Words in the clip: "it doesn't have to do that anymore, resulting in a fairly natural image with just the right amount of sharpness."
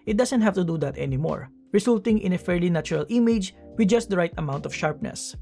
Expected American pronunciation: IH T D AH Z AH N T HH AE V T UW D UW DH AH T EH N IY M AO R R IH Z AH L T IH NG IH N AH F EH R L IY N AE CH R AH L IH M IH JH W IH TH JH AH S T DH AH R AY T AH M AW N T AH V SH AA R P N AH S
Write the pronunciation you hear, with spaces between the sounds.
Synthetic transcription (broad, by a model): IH T D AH S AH N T HH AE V T UW D UW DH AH T EH N IY M AO R R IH S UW L T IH NG IH N AH F EH R L IY N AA CH R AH L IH M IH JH W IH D JH AH S T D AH R AY T AH M AW N T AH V SH AA R P N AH S